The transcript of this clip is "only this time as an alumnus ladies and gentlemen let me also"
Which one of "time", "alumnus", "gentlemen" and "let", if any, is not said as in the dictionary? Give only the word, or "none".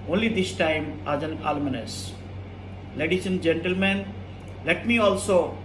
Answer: alumnus